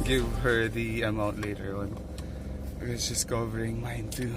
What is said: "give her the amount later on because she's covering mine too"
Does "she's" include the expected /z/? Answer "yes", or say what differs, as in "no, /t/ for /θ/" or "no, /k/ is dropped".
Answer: no, /s/ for /z/